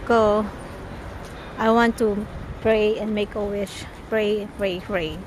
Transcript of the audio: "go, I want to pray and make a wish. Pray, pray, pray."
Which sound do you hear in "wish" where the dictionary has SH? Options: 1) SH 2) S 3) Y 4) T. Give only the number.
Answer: 2